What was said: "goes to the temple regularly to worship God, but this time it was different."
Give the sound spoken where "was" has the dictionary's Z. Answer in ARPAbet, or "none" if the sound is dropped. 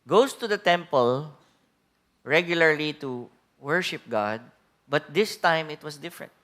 S